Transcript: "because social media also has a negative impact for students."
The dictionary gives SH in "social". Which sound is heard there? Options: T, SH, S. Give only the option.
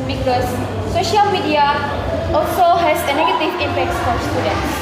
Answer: SH